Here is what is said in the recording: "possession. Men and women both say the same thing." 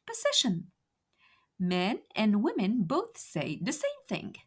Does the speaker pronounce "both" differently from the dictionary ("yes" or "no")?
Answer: no